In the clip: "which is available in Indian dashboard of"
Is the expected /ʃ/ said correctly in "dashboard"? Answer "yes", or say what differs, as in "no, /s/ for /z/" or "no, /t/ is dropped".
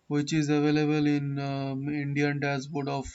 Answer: no, /s/ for /ʃ/